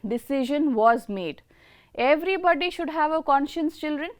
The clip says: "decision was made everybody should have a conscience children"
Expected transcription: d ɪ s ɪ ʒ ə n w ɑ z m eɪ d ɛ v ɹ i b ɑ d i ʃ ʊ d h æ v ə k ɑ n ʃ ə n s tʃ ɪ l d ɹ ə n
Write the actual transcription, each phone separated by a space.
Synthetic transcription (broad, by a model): d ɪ s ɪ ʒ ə n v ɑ z m eɪ d ɛ v ɹ i b ɑ d i ʃ ʊ d h æ v ə k ɑ n ʃ ə n s tʃ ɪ l d ɹ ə n